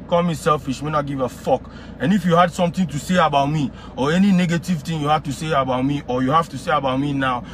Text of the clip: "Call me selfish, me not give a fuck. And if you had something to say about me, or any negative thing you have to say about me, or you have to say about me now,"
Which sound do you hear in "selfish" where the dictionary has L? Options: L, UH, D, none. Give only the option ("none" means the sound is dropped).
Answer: L